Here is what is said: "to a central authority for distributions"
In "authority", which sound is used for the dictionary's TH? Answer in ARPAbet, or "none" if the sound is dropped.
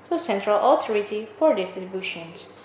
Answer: T